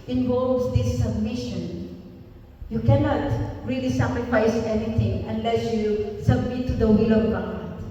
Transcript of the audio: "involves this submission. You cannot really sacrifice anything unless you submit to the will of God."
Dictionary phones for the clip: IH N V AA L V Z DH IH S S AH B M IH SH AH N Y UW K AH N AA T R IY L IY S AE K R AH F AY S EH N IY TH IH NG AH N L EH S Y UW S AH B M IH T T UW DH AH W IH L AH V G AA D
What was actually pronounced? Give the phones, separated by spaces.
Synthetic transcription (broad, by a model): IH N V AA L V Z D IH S S AH B M IH SH AH N Y UW K AH N AA T R IY L IY S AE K R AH F AY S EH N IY T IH NG AH N L EH S Y UW S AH B M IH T T UW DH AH W IH L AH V G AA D